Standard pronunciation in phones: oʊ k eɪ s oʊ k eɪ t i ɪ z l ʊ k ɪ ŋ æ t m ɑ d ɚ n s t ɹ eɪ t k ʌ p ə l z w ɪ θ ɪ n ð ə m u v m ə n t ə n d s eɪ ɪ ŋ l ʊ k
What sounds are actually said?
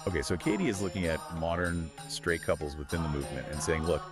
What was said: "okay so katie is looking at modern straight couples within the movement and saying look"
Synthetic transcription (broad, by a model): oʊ k eɪ s oʊ k eɪ t i ɪ z l ʊ k ɪ ŋ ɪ t m ɑ d ɚ n s t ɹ eɪ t k ʌ p l z w ɪ θ ɪ n ð ə m u v m ə n t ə n s eɪ ɪ ŋ l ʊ k